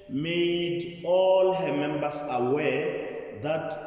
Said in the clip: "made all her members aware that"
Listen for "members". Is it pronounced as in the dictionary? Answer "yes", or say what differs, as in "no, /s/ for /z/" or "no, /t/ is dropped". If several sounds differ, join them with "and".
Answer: no, /s/ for /z/